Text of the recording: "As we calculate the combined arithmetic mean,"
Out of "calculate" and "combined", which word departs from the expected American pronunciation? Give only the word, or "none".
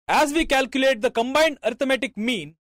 none